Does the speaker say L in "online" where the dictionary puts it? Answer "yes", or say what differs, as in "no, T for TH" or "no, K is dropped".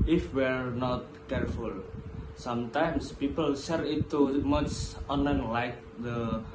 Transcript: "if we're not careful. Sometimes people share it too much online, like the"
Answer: no, L is dropped